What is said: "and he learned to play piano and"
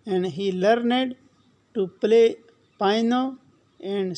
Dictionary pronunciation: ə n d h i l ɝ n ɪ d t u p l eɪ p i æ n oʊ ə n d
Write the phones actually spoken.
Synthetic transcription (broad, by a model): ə n d h i l ɝ n ɪ d t u p l eɪ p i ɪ n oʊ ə n d